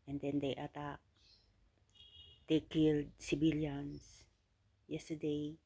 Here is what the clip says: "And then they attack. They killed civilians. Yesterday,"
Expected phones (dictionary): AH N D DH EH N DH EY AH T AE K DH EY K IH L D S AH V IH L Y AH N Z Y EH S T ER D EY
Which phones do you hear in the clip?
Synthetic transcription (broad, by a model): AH N D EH N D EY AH T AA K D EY K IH L D S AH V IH L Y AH N S Y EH S T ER D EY